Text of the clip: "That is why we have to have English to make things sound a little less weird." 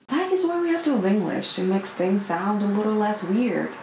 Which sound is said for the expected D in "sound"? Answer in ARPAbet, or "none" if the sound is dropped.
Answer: D